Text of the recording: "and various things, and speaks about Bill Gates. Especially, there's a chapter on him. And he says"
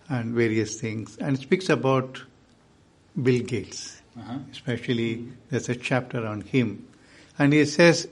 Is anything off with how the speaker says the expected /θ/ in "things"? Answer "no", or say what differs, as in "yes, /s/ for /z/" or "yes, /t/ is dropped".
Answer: yes, /t/ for /θ/